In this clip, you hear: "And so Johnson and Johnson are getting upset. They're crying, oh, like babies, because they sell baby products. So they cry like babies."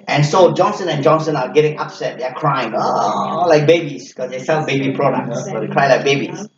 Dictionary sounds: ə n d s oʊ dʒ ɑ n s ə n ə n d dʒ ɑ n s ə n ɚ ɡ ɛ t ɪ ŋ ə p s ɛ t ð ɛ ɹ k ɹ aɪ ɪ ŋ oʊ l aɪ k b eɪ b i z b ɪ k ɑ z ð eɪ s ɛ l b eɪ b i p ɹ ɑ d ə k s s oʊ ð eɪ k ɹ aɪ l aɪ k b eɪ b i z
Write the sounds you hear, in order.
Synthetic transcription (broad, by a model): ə n s oʊ dʒ ɑ n s ə n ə n dʒ ɑ n s ə n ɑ ɡ ɛ t ɪ ŋ ə p s ɛ t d ɛ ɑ k ɹ aɪ ɪ ŋ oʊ l aɪ k b eɪ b i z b k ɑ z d eɪ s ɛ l b eɪ b i p ɹ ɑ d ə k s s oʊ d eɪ k ɹ aɪ l aɪ k b eɪ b i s